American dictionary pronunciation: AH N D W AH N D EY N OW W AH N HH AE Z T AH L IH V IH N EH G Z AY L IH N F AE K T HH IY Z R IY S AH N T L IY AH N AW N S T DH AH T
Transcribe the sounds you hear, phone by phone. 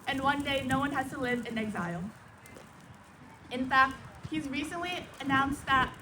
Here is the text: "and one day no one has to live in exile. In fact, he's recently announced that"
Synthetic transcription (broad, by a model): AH N W AH N D EY N OW W AH N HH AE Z T AH L IH V IH N EH G Z AY L IH N F AE K T HH IY Z R IY S AH N T L IY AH N AW N S DH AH T